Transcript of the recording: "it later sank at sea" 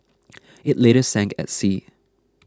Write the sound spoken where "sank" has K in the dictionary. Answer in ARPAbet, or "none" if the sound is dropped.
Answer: K